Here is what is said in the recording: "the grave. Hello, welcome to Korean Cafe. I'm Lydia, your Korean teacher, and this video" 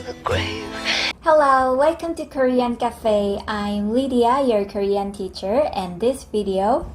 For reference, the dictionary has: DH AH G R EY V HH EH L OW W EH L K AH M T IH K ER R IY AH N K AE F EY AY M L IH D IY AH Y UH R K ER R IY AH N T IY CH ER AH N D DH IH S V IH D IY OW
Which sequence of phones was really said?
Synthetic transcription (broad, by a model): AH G W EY HH EH L OW W EH L K AH M T IH K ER R IY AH N K AE F EY AY M L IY D IY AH Y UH R K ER R IY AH N T IY CH ER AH N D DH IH S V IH D IY OW